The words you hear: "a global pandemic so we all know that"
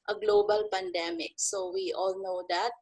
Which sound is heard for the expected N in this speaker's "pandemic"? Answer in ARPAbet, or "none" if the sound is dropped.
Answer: N